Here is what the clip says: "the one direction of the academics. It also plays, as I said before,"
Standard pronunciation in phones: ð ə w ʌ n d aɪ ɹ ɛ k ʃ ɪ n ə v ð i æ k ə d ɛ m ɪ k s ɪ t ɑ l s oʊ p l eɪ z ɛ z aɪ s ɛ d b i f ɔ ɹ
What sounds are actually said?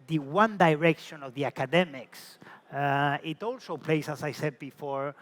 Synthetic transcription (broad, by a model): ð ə w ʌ n d aɪ ɹ ɛ k ʃ ɪ n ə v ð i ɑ k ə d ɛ m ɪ k s ɪ t ɑ l s oʊ p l eɪ s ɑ s aɪ s ɛ d b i f ɔ ɹ